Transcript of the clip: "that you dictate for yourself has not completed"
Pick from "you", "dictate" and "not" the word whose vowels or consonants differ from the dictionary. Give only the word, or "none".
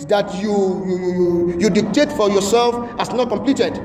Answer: none